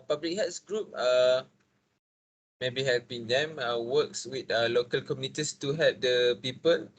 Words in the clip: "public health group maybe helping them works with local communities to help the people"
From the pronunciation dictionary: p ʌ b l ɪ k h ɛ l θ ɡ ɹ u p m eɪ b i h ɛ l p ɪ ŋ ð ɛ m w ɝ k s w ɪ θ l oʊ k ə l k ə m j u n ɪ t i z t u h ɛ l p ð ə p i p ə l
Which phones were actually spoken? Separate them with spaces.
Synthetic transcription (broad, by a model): p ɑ b l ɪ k h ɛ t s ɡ ɹ u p m eɪ b i h ɛ l p ɪ ŋ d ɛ m w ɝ k s w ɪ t l oʊ k ə l k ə m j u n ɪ t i s t u h ɛ l p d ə p i p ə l